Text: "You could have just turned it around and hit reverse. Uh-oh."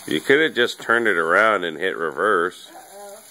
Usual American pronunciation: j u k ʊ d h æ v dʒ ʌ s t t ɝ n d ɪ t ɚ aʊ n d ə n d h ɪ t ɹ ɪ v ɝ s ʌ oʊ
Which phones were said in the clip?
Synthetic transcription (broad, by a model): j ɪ k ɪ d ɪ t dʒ ʌ s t t ɝ n ɪ t ɚ aʊ n d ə n h ɪ t ɹ ɪ v ɝ s